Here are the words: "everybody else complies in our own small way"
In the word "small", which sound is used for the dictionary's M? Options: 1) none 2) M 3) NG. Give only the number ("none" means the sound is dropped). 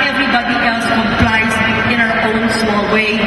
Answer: 1